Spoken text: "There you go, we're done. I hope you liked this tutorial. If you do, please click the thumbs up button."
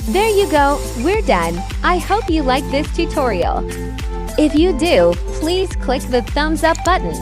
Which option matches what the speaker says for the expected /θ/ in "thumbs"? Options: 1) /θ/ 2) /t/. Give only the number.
1